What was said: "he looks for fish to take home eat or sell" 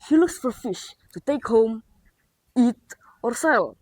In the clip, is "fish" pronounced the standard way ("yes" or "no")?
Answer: yes